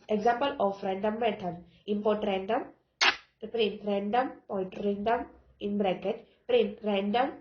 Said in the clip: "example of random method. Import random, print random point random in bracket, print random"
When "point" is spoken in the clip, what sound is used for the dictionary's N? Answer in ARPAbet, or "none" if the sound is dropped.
none